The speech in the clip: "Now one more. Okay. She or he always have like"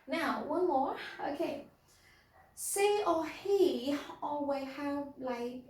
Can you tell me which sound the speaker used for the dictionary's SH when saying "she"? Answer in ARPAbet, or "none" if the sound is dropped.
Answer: S